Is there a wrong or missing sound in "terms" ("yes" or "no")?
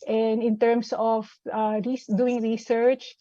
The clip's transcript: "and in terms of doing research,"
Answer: yes